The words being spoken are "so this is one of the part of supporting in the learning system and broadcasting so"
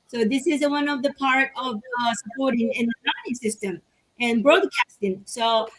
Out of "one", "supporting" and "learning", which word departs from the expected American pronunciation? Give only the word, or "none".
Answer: learning